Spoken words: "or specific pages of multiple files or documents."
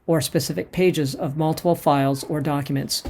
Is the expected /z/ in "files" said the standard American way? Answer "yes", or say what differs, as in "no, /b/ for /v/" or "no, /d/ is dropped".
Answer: yes